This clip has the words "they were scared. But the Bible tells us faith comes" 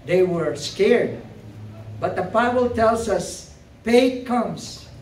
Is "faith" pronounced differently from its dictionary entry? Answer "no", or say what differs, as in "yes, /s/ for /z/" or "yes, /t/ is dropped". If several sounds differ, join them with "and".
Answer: yes, /p/ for /f/